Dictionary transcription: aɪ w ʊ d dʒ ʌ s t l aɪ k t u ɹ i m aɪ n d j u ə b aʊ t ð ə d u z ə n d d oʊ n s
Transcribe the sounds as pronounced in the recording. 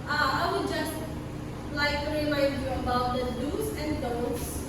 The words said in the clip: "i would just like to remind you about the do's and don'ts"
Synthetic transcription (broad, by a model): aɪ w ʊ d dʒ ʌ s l aɪ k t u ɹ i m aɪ d j u ə b aʊ t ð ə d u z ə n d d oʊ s